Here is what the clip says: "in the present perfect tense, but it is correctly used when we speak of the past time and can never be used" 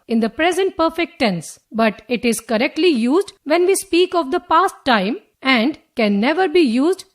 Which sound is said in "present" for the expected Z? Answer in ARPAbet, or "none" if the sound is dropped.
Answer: Z